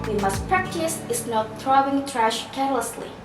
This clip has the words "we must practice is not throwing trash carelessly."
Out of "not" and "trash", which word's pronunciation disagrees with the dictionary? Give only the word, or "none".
none